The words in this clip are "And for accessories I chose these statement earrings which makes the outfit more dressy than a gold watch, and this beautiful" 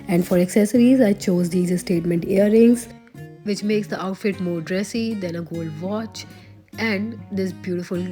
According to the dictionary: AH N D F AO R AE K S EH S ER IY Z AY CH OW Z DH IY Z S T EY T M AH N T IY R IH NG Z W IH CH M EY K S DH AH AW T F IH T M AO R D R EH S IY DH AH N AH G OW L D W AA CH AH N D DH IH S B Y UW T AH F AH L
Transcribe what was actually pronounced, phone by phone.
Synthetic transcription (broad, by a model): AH N D F AO R AE K S EH S ER IY Z AY CH OW Z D IY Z S T EY T M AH N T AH R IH NG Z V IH CH M EY K S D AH AW T F IH T M AO R D R EH S IY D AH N AH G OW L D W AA CH AH N D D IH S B Y UW T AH F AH L